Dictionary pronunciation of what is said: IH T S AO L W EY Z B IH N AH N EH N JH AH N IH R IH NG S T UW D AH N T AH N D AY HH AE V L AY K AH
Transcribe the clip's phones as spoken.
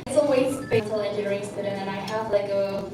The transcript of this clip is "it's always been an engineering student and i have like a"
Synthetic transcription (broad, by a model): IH T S AO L W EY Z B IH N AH L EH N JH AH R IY IH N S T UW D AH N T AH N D AY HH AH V L AY K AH